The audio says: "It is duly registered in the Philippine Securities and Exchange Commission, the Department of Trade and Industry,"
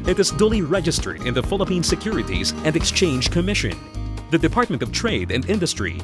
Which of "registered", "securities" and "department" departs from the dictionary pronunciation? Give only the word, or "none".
none